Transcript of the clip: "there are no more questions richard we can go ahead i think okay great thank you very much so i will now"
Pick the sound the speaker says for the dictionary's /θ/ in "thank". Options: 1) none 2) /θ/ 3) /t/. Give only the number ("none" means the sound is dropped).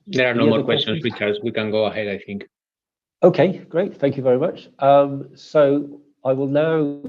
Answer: 2